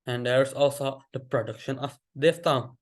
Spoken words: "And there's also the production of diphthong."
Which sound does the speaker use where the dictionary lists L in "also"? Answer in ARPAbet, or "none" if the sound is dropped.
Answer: L